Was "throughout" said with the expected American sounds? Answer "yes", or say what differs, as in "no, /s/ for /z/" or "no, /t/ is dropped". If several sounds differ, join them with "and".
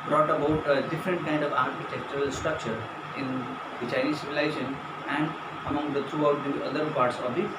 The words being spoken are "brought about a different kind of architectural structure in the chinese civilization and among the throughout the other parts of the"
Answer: no, /t/ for /θ/